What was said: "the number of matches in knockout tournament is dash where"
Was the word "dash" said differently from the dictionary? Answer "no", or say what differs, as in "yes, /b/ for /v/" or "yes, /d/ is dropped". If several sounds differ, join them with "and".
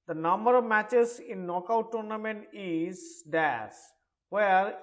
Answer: yes, /s/ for /ʃ/